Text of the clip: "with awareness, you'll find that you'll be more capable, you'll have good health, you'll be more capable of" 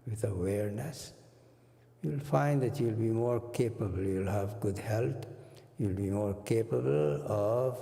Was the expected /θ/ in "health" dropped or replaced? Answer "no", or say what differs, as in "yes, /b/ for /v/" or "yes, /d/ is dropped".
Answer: yes, /t/ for /θ/